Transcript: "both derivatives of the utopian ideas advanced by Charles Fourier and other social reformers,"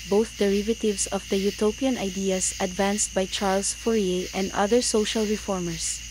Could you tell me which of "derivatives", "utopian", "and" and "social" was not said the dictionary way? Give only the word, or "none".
derivatives